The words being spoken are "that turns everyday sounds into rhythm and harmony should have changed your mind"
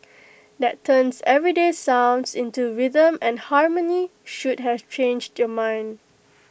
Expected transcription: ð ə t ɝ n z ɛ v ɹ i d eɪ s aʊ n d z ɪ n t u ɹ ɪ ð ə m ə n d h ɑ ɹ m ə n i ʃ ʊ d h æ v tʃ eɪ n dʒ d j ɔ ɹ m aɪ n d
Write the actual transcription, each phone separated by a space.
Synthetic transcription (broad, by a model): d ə t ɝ n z ɛ v ɹ i d eɪ s aʊ n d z ɪ n t u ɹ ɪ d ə m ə n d h ɑ ɹ m ə n i ʃ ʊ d h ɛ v tʃ eɪ n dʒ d j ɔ m aɪ n d